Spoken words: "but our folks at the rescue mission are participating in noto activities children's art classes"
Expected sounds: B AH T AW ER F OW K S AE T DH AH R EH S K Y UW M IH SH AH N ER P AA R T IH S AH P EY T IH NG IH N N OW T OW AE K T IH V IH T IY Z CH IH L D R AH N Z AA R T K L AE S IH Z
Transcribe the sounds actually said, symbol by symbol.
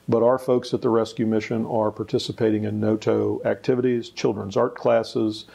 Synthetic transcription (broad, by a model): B AH T AW ER F OW K S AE T DH AH R EH S K Y UW M IH SH AH N ER P AA R T IH S AH P EY T IH NG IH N N OW T OW AE K T IH V IH T IY Z CH IH L D R AH N Z AA R T K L AE S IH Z